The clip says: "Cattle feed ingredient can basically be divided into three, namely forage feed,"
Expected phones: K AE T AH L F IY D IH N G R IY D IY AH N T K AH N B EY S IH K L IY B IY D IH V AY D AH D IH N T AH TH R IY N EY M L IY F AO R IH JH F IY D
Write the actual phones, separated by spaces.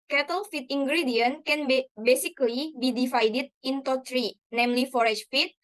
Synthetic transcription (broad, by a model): K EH T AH L F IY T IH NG G R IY D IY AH N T K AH N B EY S IH K L IY B IY D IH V AY D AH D IH N T AH T R IY N EY M L IY F AO R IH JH F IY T